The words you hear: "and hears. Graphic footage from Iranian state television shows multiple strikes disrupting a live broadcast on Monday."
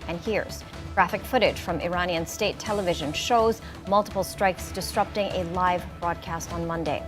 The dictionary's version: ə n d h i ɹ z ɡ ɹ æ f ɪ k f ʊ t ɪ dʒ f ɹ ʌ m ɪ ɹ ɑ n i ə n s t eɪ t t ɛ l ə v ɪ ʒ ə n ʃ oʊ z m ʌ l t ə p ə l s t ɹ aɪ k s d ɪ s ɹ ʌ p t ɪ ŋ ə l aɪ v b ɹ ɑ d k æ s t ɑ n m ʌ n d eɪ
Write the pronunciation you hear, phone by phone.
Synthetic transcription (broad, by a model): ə n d h i ɹ z ɡ ɹ æ f ɪ k f ʊ t ɪ dʒ f ɹ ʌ m ɪ ɹ ɑ n i ə n s t eɪ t t ɛ l ə v ɪ ʒ ə n ʃ oʊ z m ʌ l t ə p l s t ɹ aɪ k s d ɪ s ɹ ʌ p t ɪ ŋ ə l aɪ v b ɹ ɑ d k æ s t n m ʌ n d eɪ